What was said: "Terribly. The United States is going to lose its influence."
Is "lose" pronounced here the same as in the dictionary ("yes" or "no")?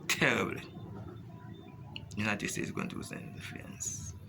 no